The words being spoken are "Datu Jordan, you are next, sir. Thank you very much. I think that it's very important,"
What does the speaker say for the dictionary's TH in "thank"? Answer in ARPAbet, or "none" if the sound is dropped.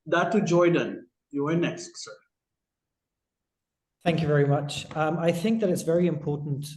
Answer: TH